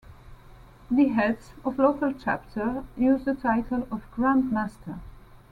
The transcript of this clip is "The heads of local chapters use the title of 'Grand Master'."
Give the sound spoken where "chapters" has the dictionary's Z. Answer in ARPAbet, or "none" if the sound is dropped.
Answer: none